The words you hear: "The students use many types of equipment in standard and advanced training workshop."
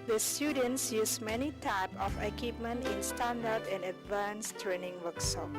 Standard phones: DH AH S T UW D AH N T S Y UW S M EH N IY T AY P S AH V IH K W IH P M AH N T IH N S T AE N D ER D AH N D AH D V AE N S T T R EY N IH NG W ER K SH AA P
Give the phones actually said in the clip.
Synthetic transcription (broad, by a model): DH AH S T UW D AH N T S Y UW S M EH N IY T AY P AH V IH K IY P M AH N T IH N S T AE N D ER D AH N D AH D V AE N S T T R EY N IH NG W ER K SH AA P